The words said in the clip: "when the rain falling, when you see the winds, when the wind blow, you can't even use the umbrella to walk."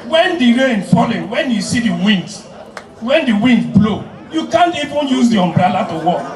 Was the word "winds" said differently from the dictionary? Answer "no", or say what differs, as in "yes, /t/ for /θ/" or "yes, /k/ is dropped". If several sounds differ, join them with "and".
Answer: yes, /z/ is dropped